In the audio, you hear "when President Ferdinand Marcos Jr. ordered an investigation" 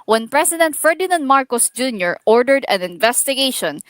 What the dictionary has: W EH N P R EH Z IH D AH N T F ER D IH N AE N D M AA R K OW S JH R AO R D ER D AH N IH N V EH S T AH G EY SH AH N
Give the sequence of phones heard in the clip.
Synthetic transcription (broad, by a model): W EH N P R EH S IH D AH N T F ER D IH N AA N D M AA R K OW S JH R AO R D ER D AH N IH N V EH S T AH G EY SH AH N